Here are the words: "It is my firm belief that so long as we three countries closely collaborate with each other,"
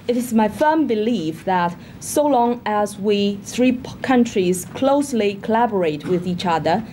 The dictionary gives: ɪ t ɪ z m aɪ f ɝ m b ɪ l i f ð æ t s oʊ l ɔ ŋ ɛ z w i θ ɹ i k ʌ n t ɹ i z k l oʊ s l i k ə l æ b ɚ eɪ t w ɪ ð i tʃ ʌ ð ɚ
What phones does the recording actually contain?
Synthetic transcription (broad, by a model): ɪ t ɪ z m aɪ f ɝ m b ɪ l i f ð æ t s oʊ l ɔ ŋ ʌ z w i θ ɹ i k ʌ n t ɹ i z k l oʊ s l i k ə l æ b ɚ eɪ t w ɪ ð i tʃ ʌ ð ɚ